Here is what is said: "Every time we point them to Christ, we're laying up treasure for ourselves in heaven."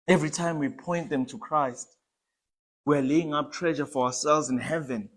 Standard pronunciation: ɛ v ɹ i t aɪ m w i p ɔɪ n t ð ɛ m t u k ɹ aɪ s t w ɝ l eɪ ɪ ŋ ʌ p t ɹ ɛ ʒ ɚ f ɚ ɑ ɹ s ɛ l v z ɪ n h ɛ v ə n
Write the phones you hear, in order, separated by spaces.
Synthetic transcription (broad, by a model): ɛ v ɹ i t aɪ m w i p ɔɪ n t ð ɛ m t u k ɹ aɪ s t w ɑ l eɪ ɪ ŋ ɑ p t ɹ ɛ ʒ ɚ f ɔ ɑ w s ɛ l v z ɪ n h ɛ v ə n